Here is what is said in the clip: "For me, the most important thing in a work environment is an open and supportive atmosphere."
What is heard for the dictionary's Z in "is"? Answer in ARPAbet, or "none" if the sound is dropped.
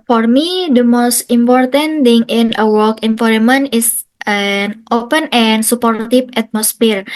S